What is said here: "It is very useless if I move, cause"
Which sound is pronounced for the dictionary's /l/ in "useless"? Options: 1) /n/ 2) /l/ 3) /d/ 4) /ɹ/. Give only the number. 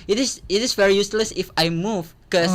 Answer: 2